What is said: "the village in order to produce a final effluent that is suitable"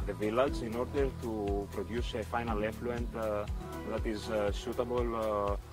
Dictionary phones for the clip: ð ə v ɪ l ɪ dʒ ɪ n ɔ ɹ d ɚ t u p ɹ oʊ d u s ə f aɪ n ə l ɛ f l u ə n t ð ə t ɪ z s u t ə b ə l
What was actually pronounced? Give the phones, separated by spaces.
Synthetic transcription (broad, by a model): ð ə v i l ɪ z ɪ n ɔ ɹ d ɚ t u p ɹ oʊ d u s ə f aɪ n ə l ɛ f l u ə n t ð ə t ɪ z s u t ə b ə l